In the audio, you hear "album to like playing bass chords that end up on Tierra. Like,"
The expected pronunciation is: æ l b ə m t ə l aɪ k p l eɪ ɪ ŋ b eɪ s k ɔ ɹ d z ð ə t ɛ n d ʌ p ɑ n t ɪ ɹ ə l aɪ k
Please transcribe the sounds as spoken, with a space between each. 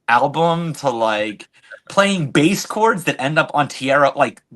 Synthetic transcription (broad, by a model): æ l b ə m t ə l aɪ k p l eɪ ɪ ŋ b eɪ s k ɔ ɹ d z ð ə t ɛ n d ʌ p n t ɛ ɹ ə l aɪ k